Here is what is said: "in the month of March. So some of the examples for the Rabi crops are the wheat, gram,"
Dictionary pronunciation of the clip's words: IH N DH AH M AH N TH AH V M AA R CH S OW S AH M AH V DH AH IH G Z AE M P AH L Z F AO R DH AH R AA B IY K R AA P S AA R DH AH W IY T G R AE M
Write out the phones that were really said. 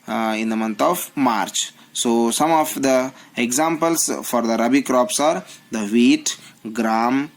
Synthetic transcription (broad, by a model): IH N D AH M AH N T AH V M AA R CH S OW S AH M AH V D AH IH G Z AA M P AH L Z F AO R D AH R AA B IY K R AA P S AA R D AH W IY T G R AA M